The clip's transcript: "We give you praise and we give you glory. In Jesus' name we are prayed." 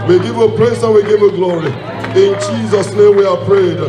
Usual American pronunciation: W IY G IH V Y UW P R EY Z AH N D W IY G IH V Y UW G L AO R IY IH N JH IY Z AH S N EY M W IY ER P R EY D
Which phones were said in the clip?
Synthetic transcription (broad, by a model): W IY G IH V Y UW P L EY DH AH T W IY G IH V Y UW G L AO R IY IH N JH IY Z AH S N EY M W IY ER P R EY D